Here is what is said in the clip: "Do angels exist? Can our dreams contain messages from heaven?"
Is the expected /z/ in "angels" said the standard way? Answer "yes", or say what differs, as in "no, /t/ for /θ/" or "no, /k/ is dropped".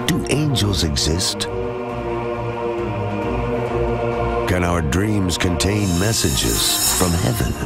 yes